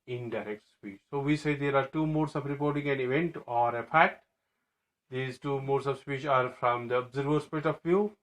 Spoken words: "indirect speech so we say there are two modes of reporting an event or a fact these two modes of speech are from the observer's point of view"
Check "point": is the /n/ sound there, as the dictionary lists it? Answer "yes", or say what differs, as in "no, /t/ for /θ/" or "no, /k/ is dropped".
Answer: no, /n/ is dropped